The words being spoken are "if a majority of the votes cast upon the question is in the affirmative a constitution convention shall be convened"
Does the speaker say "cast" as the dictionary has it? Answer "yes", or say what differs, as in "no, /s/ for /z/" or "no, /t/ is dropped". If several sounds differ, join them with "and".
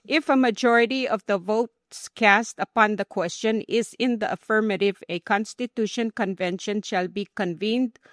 yes